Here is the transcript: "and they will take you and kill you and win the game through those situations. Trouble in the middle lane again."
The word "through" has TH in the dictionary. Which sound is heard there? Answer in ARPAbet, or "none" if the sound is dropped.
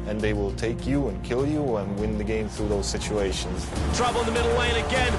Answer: TH